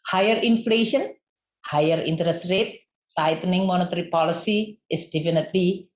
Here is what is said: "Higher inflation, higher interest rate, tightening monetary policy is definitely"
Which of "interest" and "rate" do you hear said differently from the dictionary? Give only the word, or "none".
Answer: none